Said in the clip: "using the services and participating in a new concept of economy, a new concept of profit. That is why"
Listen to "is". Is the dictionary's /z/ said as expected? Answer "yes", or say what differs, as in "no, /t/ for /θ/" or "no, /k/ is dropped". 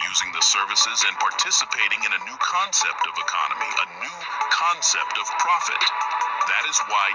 yes